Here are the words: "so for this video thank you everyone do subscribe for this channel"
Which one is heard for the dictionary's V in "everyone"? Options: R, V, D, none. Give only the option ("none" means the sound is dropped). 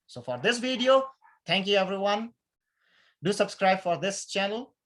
V